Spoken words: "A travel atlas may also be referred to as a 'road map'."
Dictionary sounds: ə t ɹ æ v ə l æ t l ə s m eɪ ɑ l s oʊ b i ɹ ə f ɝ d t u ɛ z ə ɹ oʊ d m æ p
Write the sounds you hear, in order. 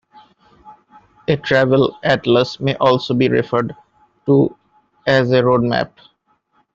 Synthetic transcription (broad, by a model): ə t ɹ æ v ə l æ t l ə s m eɪ ɑ l s oʊ b i ɹ ə f ɝ d t u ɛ z ə ɹ oʊ d m æ p